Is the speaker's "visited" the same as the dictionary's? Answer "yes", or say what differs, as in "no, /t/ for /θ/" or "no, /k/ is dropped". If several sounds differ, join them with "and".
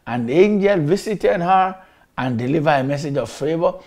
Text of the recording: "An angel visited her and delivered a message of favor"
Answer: no, /s/ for /z/